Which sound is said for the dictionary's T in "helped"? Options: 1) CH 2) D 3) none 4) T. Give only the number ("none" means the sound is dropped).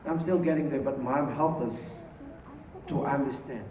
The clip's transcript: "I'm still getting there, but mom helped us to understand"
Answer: 3